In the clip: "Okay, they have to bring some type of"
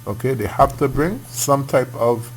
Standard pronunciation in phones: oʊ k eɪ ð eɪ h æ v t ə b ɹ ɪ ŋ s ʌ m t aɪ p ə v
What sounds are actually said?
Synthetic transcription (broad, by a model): oʊ k eɪ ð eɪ h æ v t ə b ɹ ɪ ŋ s ʌ m t aɪ p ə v